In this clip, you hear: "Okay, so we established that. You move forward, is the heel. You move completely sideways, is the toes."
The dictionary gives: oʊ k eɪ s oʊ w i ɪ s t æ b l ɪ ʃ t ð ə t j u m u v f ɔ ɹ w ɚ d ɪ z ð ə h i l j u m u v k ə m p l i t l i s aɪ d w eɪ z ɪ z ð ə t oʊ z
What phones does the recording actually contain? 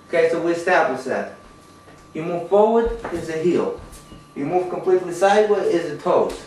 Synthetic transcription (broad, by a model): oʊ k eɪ s oʊ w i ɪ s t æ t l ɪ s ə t j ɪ m u v f ɔ ɹ w ɚ d ɪ z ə h i l j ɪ m u v k ə m p l i t l i s aɪ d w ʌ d ɪ z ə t oʊ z